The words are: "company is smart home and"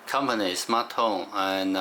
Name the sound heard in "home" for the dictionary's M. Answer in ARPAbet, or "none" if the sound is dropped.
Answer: none